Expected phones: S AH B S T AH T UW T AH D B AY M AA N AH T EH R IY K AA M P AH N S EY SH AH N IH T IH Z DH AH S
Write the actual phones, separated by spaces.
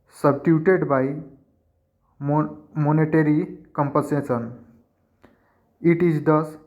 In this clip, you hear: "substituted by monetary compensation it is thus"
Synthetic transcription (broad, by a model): S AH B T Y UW T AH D B AY M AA N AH T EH R IY K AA M P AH S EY S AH N IH T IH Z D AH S